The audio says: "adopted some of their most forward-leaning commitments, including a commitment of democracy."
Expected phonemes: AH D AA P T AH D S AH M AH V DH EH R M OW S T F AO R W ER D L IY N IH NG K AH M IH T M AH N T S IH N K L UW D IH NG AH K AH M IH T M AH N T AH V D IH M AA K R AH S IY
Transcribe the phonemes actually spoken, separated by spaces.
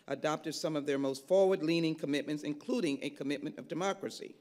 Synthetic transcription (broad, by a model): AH D AA P T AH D S AH M AH V DH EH R M OW S T F AO R W ER D L IY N IH NG K AH M IH T M AH N T S IH N K L UW D IH NG AH K AH M IH T M AH N T AH V D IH M AA K R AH S IY